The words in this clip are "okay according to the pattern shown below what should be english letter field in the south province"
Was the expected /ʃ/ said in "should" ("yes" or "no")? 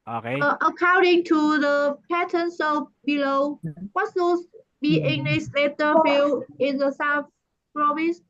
no